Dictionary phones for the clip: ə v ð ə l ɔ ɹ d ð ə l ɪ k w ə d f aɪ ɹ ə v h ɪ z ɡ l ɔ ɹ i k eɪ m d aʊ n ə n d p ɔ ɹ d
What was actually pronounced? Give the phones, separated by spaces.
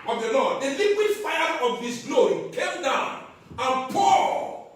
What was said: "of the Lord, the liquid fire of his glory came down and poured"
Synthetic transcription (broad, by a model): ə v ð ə l ɔ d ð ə l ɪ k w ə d f aɪ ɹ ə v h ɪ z ɡ l ɔ ɹ i k eɪ m d aʊ n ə n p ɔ